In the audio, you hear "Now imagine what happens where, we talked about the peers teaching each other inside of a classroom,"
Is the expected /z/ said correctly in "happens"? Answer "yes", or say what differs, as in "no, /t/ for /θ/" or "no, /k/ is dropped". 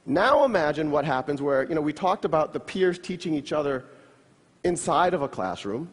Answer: yes